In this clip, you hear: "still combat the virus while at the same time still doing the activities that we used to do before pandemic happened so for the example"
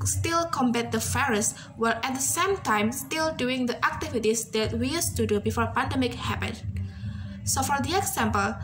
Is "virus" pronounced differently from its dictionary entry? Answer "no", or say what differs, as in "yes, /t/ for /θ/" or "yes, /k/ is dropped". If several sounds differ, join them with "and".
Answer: yes, /f/ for /v/